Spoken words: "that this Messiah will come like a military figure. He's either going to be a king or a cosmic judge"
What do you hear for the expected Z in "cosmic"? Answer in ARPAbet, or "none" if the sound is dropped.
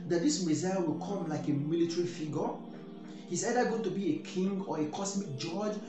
S